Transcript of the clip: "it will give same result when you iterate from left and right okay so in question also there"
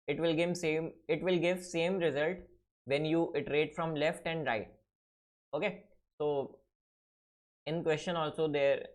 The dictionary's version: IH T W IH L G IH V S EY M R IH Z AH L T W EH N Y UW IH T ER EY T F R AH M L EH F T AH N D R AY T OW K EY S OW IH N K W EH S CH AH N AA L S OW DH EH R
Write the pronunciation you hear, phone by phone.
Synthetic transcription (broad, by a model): IH T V IH L G IH V S EY M R IH Z AH L T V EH N Y UW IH T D EY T F R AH M L EH F T AH N D R AY T OW K EY S OW IH N K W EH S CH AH N AA L S OW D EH R